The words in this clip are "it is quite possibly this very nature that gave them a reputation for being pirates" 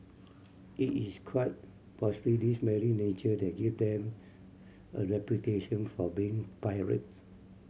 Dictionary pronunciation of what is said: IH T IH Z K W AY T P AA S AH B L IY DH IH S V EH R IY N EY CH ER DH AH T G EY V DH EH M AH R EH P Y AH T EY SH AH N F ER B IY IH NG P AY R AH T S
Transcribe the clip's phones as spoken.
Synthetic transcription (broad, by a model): IH T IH S K W AY T P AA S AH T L IY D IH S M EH R IY N EY CH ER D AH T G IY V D EH M AH R EH P Y AH T EY SH AH N F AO B IY IH NG P AY R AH T